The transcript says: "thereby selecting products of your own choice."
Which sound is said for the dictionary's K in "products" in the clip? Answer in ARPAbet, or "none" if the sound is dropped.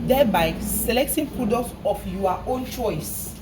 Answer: none